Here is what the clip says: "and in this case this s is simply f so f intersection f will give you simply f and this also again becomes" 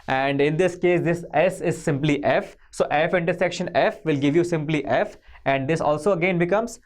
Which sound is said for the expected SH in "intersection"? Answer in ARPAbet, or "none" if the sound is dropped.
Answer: SH